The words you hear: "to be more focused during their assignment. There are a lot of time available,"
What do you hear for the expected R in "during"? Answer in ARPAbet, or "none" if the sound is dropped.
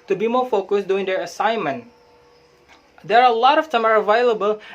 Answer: none